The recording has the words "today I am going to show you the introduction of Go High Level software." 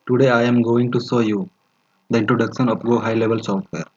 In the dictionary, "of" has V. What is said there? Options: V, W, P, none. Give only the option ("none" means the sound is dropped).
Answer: P